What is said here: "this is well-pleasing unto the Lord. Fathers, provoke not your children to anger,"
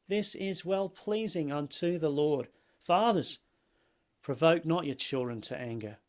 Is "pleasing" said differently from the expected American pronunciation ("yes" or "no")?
no